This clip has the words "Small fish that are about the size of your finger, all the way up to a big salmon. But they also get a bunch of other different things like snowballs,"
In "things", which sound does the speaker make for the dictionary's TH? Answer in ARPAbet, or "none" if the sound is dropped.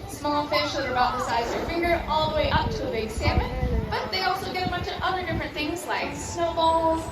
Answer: TH